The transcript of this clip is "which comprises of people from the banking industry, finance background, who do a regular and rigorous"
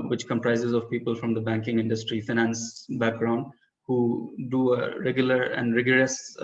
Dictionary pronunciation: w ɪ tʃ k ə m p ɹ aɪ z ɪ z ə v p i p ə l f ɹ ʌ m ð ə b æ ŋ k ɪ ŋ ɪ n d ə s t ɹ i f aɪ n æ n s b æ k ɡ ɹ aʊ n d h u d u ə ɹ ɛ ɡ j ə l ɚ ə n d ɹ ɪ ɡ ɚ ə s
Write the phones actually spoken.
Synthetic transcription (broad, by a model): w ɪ tʃ k ə m p ɹ aɪ z ɪ z ə v p i p ə l f ɹ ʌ m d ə b æ ŋ k ɪ ŋ ɪ n d ə s t ɹ i f aɪ n æ n s b æ k ɡ ɹ aʊ n d h u d u ə ɹ ɛ ɡ j ə l ɚ ə n d ɹ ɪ ɡ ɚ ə s